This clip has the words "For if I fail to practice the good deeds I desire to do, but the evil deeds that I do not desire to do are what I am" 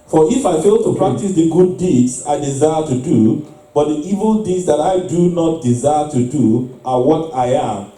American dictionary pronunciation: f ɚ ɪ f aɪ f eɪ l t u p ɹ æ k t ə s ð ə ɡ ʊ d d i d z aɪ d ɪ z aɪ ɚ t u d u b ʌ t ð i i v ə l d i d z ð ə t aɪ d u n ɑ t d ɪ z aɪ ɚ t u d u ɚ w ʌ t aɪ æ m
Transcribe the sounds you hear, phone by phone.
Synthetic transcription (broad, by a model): f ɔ ɪ f aɪ f eɪ l t u p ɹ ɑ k t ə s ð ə ɡ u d d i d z aɪ d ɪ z aɪ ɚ t u d u b ʌ t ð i i v ə l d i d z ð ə t aɪ d u n ɑ t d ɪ z aɪ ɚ t u d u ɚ w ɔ t aɪ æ m